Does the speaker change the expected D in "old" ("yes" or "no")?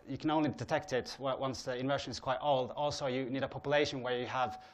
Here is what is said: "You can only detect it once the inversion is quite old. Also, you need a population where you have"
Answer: no